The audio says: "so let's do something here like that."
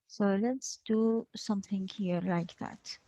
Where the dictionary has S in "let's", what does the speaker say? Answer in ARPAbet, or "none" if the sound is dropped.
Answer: S